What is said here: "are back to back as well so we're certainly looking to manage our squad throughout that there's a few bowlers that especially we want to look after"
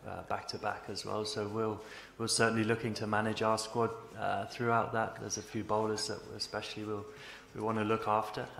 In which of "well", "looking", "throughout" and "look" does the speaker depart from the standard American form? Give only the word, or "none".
none